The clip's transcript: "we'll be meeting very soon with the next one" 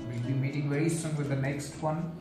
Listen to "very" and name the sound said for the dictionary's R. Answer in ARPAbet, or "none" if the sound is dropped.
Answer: R